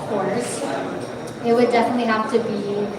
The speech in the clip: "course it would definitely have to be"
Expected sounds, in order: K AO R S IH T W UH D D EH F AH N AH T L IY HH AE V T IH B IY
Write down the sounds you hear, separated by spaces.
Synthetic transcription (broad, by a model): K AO R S IH T W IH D D EH F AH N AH T L IY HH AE F T IH B IY